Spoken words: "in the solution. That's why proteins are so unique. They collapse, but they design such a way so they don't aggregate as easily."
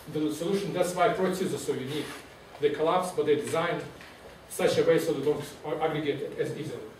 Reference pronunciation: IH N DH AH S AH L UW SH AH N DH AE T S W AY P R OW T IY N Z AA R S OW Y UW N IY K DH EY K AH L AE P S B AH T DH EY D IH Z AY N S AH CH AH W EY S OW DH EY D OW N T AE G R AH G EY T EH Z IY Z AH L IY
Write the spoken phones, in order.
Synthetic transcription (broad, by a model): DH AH S AH L UW SH AH N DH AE T S W AY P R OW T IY Z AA L S OW Y UW N IY K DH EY K AH L AE P S B AH T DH EY D IH Z AY N S AH CH AH W EY S OW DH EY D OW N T AE G R AH G EY T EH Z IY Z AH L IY